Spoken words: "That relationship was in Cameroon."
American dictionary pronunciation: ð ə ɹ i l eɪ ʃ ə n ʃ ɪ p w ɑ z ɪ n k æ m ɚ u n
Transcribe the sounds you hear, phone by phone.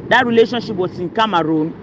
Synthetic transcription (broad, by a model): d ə ɹ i l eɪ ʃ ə n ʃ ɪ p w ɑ s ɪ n k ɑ m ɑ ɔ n